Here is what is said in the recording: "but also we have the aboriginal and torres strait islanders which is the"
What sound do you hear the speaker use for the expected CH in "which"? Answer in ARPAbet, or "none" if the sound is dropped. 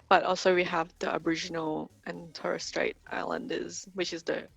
CH